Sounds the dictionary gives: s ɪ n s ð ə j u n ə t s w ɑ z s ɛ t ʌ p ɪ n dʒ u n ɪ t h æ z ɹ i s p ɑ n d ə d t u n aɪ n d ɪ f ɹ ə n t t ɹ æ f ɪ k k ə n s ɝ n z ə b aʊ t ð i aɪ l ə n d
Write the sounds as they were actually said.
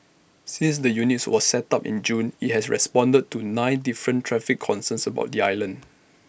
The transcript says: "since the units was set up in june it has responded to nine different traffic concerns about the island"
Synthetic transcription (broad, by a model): s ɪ n s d ə j u n ə t s w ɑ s s ɛ t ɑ p ɪ n dʒ u n ɪ t h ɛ s ɹ i s p ɑ n d ə d t u n aɪ n d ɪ f ɹ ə n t t ɹ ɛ f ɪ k k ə n s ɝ n s ə b aʊ t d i aɪ l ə n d